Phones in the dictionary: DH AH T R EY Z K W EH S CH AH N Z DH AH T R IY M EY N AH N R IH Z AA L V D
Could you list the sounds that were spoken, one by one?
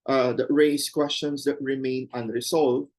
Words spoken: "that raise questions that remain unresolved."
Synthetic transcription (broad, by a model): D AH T R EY S K W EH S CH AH N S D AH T R IY M EY N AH N R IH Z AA L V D